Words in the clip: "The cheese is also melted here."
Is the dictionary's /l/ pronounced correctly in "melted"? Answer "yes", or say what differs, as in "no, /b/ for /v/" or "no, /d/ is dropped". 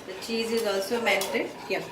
no, /n/ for /l/